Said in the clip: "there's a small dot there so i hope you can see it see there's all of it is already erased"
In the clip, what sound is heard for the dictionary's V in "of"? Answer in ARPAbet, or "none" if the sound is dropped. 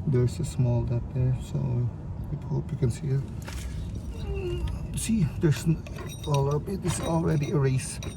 B